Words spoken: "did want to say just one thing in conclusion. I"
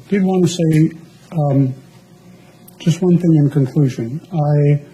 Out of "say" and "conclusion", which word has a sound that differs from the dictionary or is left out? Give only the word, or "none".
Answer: none